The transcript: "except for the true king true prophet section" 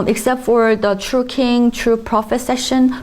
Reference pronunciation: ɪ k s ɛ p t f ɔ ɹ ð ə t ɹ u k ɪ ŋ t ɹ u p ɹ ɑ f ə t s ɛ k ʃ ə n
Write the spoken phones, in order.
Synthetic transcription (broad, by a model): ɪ k s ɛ p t f ɔ ɹ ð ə t ɹ u k ɪ ŋ t ɹ u p ɹ ɑ f ə t s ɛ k ʃ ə n